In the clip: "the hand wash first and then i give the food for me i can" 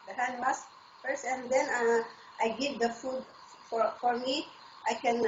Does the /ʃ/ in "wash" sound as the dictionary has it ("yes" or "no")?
no